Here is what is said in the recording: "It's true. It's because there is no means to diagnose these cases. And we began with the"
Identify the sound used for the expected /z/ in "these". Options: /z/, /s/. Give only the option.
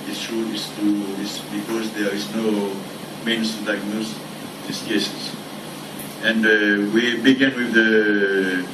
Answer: /s/